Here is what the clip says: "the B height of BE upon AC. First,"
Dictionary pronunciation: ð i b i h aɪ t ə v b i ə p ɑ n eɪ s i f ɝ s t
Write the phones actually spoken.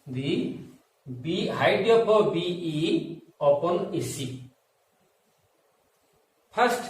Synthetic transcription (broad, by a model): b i b i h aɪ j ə p b i ə p ɑ n eɪ s i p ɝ s t